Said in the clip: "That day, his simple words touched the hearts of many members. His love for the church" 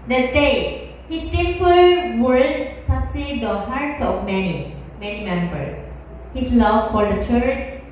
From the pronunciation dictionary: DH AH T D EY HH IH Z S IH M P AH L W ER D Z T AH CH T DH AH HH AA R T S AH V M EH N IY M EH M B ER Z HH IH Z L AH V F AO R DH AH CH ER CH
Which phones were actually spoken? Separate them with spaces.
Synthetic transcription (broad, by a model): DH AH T D EY HH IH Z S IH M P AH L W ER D T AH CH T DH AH HH AA R T S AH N M EH N IY M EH M B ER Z HH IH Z L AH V F AO R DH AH CH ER CH